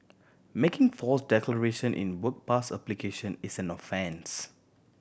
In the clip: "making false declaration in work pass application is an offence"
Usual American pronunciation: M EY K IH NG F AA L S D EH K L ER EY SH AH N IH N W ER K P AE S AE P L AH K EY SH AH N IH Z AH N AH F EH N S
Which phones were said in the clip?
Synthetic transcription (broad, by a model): M EY K IH NG F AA S D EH K L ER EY SH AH N IH N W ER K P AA S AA P L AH K EY SH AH N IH S AH N AH F EH N S